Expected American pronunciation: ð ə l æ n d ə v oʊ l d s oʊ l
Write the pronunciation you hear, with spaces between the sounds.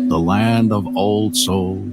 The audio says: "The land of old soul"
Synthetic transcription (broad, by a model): ð ə l æ n d ə v oʊ l d s oʊ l